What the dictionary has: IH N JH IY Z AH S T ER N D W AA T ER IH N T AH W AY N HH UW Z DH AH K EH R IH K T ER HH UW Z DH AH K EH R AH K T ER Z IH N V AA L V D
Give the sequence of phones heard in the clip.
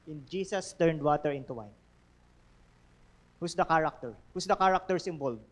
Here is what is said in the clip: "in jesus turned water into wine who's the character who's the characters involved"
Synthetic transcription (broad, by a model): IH N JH IY S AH S T ER N D W AA T ER IH N T AH W AY N HH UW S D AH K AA R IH K T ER HH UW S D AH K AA R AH K T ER S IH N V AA L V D